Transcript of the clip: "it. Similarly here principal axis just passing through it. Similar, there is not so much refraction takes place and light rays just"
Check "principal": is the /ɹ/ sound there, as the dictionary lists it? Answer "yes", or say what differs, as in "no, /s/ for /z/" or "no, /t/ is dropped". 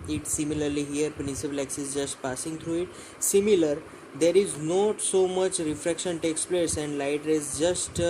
no, /ɹ/ is dropped